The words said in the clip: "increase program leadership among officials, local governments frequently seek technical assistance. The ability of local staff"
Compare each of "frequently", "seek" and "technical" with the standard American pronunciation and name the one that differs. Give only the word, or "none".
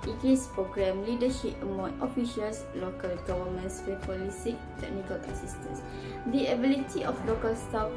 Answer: frequently